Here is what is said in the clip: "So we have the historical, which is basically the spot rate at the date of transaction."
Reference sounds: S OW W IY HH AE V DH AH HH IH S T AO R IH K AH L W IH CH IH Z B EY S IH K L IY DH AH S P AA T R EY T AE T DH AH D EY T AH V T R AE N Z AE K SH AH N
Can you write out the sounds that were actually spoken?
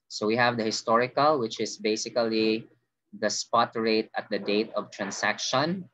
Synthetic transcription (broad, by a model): S OW W IY HH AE V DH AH HH IH S T AO R IH K AH L W IH CH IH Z B EY S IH K L IY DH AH S P AA T R EY T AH T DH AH D EY T AH V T R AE N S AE K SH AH N